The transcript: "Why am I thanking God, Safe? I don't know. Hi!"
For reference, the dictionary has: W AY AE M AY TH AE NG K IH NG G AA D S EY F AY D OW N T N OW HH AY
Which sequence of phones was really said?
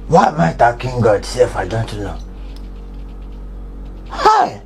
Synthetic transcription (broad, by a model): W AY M AY T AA K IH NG G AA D S EY F AY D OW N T N OW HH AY